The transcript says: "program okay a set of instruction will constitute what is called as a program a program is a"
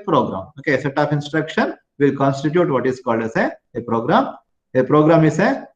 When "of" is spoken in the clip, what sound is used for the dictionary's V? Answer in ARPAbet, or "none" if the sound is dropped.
P